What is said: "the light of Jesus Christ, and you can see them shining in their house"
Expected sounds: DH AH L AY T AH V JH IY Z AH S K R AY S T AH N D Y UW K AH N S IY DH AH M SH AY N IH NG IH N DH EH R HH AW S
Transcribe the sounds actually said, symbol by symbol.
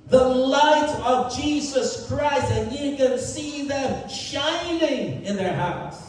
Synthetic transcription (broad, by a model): DH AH L AY T AH V JH IY Z AH S K R AY S T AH N Y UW K AH N S IY DH AH M SH AY N IH NG IH N DH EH R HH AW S